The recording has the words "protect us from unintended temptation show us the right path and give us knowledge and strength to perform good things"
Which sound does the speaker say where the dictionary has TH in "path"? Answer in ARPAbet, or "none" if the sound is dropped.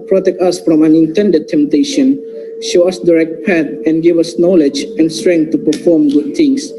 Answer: T